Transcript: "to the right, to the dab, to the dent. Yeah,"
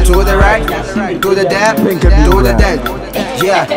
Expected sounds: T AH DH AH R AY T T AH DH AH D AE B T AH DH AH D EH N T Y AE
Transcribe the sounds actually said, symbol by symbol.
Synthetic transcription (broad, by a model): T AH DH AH R AY T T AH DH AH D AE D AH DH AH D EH T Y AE